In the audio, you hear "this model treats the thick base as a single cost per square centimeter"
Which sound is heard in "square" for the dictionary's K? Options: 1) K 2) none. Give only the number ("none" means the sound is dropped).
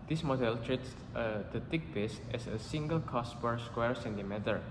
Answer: 1